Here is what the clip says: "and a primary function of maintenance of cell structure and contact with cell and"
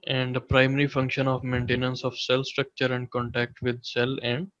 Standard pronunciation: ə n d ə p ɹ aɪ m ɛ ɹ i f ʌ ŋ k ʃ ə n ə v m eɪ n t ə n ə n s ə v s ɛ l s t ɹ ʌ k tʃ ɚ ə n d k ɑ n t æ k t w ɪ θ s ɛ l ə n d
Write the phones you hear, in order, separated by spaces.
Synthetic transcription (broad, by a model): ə n d ə p ɹ aɪ m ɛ ɹ i f ʌ ŋ k ʃ ə n ə v m eɪ n t ə n ə n s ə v s ɛ l s t ɹ ʌ k tʃ ɚ ə n d k ɑ n t æ k t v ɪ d s ɛ l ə n d